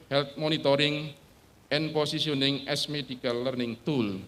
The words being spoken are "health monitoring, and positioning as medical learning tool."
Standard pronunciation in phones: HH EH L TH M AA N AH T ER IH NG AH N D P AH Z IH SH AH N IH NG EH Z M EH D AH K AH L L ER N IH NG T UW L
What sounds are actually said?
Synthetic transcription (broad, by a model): HH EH L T M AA N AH T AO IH NG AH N P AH S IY S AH N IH NG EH S M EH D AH K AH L L ER N IH NG T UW L